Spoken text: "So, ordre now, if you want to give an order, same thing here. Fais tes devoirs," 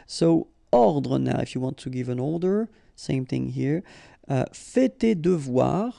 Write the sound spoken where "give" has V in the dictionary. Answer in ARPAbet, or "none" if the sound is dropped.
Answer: V